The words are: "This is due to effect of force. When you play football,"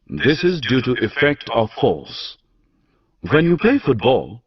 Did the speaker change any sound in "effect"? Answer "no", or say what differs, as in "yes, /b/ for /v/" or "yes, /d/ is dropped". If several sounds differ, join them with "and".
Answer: no